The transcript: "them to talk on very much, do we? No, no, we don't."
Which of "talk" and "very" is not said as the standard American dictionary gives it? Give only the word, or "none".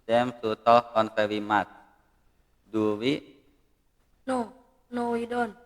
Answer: very